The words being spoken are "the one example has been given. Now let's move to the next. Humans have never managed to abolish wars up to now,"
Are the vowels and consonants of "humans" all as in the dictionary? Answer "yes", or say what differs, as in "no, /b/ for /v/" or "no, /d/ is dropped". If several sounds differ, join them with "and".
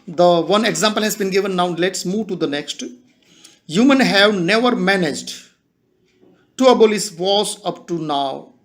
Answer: no, /z/ is dropped